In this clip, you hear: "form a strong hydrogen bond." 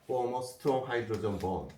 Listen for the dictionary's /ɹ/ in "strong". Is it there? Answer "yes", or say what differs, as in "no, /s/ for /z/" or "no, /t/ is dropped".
no, /ɹ/ is dropped